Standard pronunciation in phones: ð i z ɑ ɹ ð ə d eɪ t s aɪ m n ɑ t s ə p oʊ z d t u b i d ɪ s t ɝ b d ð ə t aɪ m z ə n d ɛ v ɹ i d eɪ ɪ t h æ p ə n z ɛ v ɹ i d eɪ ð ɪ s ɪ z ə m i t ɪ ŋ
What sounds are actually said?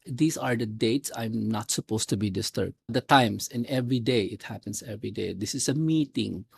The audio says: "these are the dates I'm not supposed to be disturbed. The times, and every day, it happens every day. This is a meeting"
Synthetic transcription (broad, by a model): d i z ɑ ɹ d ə d eɪ t s aɪ m n ɑ t s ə p oʊ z t u b i d ɪ s t ɝ b d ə t aɪ m s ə n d ɛ v ɹ i d eɪ ɪ t h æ p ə n s ɛ v ɹ i d eɪ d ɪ s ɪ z ə m i t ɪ ŋ